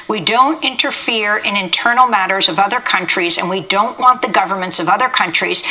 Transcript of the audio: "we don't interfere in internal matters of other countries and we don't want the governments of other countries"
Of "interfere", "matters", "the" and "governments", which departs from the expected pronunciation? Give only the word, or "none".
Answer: none